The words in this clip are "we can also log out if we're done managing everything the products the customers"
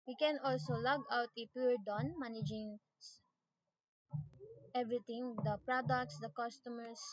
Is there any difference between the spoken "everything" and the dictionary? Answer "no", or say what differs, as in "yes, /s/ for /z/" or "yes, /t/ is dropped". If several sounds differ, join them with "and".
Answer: yes, /t/ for /θ/